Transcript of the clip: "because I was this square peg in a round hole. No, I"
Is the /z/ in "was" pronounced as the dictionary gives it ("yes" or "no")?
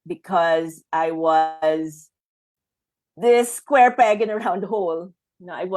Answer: yes